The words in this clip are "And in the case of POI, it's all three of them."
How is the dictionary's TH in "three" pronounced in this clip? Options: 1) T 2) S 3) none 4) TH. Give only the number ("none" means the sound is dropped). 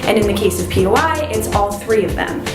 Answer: 4